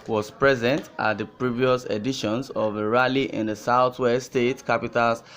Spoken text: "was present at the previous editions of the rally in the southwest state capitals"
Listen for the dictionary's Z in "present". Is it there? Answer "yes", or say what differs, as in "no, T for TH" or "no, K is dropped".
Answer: yes